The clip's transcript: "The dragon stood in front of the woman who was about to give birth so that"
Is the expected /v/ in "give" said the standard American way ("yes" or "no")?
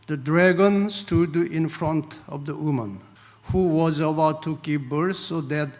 no